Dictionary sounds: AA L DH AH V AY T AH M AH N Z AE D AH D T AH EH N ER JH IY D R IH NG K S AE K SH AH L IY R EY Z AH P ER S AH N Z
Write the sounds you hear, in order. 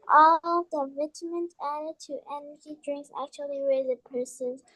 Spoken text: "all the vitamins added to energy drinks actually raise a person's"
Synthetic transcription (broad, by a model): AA L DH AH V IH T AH M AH N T AE D AH D T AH EH N ER JH IY D R IH NG K S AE K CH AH L IY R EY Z AH P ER S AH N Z